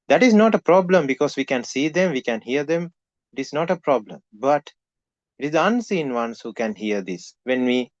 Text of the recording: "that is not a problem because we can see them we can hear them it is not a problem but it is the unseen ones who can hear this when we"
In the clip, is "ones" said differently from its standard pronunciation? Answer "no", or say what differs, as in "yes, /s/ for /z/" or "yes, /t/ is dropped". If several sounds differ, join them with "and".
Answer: yes, /s/ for /z/